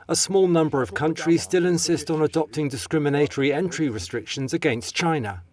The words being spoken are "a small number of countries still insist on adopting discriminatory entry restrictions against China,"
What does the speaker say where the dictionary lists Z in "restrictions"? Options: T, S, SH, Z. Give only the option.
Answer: Z